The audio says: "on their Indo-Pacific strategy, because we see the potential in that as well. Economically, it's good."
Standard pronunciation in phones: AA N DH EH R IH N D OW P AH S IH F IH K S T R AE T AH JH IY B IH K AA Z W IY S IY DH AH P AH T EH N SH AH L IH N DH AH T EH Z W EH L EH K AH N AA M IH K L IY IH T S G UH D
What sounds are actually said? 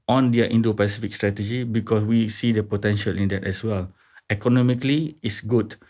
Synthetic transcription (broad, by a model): AA N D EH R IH N D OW P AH S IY F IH K S T R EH T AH JH IY B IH K AA S W IY S IY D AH P AH T EH N SH AH L IH N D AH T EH S W EH L EH K AH N AA M IH K L IY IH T S G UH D